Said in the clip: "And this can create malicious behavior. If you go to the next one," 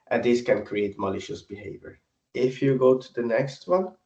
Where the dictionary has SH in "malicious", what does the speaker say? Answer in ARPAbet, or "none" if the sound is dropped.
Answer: SH